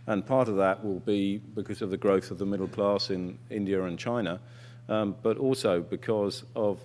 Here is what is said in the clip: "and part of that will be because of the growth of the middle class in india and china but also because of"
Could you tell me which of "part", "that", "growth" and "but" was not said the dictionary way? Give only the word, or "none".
none